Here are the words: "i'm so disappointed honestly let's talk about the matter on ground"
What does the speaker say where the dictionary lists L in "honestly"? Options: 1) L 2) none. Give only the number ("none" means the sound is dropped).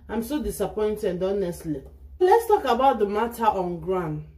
1